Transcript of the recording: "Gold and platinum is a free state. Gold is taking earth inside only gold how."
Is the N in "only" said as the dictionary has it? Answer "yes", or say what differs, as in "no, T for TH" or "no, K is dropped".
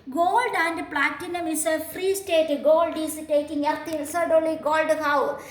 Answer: no, N is dropped